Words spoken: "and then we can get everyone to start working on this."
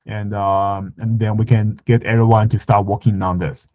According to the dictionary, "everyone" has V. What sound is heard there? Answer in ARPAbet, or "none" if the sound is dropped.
none